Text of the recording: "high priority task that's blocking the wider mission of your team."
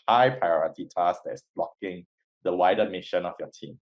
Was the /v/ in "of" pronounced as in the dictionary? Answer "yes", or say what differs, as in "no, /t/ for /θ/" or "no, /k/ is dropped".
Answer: no, /f/ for /v/